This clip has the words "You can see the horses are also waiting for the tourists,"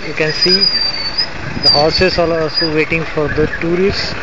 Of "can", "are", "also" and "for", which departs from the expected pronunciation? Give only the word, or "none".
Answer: are